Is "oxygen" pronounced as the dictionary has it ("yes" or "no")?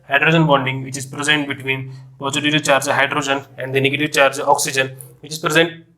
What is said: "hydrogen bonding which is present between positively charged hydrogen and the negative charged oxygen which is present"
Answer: yes